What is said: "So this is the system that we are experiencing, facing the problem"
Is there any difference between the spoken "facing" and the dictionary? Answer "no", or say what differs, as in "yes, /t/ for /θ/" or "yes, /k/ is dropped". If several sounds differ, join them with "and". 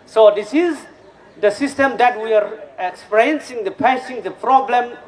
yes, /p/ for /f/